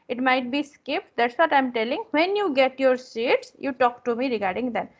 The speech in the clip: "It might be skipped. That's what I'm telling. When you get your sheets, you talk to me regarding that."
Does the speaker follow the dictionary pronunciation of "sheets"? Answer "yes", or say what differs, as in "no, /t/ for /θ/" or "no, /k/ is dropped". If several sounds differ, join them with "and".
no, /s/ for /ʃ/